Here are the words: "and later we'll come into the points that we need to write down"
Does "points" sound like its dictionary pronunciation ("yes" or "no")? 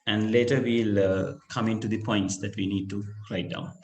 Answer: yes